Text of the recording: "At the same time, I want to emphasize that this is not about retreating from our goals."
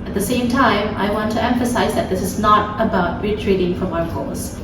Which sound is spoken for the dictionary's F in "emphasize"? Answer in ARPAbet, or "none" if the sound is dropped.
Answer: F